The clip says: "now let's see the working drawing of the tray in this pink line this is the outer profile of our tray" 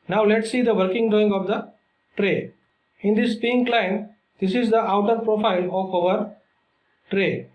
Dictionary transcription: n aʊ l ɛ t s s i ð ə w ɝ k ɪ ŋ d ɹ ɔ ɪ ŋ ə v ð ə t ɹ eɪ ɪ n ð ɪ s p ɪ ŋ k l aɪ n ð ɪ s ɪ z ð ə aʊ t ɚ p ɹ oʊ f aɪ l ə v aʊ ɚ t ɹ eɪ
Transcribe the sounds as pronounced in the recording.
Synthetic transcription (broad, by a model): n aʊ l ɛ t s s i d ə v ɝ k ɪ ŋ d ɔ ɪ ŋ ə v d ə t ɹ eɪ ɪ n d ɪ s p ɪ ŋ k l aɪ n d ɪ s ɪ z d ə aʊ t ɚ p ɹ oʊ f aɪ l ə f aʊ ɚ t ɹ eɪ